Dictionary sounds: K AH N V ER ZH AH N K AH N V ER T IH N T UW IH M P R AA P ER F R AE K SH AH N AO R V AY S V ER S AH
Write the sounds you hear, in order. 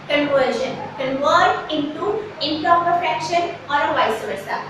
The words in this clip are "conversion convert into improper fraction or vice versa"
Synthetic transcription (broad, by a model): K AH N V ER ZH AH N K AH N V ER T IH N T UW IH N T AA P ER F EH K SH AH N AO R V AY S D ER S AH